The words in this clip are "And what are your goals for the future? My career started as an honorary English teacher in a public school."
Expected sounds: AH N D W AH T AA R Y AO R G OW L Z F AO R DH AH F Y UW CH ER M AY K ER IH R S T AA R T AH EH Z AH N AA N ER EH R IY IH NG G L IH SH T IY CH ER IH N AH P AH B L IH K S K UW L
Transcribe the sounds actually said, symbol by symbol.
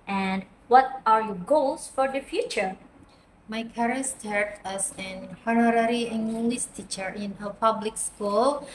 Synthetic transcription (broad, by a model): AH N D W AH T AA R Y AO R G OW L S F AO R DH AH F Y UW CH ER M AY K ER R S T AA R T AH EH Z AH N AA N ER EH R IY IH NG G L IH S T IY CH ER IH N AH P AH B L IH K S K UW L